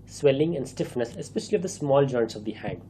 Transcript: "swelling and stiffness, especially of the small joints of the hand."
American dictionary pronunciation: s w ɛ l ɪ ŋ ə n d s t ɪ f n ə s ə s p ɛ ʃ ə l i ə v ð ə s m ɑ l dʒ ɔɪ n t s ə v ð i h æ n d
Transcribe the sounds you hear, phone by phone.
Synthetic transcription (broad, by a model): s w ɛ l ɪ ŋ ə n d s t ɪ f n ə s ə s p ɛ ʃ ə l i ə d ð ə s m ɑ l dʒ ɔɪ n t s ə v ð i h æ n